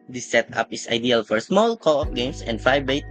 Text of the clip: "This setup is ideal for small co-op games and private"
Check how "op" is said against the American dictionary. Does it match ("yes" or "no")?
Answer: no